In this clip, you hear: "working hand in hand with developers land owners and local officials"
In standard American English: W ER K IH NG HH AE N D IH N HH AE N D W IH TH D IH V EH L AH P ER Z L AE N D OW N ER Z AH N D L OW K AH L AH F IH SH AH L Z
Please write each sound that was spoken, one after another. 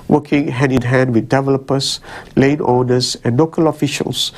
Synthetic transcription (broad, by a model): W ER K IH NG HH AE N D IH N HH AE N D W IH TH D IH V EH L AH P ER S L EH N OW N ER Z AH N L OW K AH L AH F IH SH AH L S